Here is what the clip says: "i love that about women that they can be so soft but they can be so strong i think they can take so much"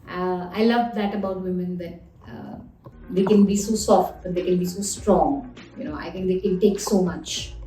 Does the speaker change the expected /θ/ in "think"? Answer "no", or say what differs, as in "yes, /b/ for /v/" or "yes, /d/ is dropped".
yes, /t/ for /θ/